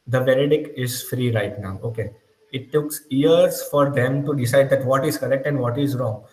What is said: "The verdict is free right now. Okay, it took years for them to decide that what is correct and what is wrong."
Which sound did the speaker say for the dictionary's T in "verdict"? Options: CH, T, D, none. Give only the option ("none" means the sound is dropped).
none